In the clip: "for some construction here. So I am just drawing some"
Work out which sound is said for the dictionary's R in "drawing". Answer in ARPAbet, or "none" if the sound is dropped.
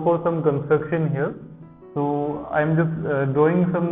none